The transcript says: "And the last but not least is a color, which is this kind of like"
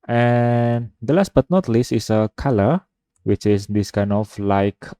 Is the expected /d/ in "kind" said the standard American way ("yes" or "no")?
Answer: no